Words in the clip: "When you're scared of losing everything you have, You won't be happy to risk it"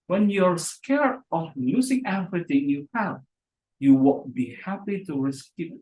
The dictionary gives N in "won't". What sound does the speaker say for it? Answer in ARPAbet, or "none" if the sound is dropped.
L